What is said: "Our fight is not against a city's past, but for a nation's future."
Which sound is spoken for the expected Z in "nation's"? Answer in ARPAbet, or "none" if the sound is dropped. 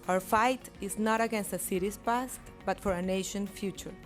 none